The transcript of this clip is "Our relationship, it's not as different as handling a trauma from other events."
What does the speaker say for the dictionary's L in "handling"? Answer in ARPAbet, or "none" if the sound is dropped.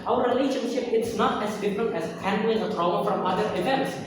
none